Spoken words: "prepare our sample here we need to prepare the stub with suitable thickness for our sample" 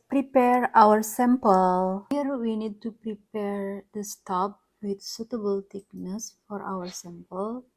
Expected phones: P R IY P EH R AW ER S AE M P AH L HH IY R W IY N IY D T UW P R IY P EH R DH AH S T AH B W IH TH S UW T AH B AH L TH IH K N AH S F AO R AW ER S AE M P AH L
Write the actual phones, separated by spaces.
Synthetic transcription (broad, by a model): P R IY P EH R AW ER S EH M P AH L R W IY N IY D T UW P R IY P EH R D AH S T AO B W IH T S UW T AH B AH L T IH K N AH S F AO R AW ER S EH M P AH L